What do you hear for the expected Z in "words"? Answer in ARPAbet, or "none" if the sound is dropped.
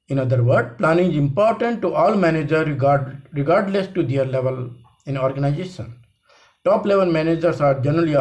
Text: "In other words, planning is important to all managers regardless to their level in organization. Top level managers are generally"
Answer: none